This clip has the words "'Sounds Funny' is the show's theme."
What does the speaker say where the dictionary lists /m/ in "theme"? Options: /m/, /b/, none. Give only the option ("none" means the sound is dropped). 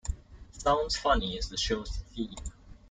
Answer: none